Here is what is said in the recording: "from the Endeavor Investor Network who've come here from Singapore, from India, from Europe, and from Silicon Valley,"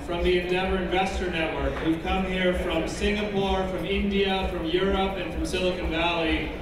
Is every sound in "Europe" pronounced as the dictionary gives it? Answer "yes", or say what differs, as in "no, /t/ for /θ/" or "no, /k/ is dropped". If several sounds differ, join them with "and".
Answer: yes